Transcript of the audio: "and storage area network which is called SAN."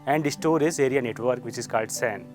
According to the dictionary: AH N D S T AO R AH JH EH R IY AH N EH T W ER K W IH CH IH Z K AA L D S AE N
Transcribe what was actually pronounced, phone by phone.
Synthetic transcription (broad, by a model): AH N D S T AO R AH Z EH R IY AH N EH T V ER K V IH CH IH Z K AA L D S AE N